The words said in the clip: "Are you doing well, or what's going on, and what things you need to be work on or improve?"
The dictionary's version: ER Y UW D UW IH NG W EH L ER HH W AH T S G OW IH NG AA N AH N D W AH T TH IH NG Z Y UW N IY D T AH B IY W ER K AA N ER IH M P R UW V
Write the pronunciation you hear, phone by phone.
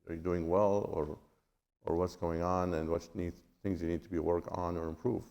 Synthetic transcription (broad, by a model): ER Y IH D UW IH NG W EH L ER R W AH T S G OW IH NG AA N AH N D W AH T TH IH NG Z Y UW N IY D T AH B IY W ER K N ER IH M P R UW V